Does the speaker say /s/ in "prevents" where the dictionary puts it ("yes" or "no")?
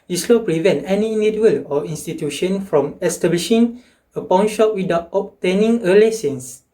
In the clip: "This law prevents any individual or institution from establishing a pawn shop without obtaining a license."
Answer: no